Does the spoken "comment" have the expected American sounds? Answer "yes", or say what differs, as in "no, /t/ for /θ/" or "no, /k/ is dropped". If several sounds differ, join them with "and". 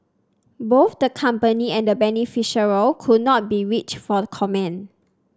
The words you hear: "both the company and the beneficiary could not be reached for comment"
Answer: no, /t/ is dropped